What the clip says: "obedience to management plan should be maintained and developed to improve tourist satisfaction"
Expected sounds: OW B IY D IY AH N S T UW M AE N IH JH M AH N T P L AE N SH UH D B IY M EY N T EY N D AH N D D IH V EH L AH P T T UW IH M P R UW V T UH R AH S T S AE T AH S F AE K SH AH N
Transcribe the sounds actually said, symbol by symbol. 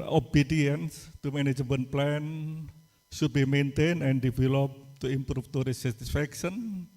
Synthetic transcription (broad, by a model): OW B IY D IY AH N S T UW M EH N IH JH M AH N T P L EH N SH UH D B IY M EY N T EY N AH N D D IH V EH L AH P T T UW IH M P R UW F T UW R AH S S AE T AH S F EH K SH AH N